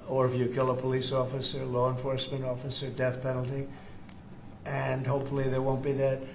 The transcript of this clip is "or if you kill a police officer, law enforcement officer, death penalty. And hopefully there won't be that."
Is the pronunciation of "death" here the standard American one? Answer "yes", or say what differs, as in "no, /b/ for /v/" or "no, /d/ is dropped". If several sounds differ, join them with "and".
yes